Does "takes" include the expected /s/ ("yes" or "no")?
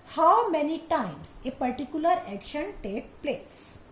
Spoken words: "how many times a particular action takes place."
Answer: no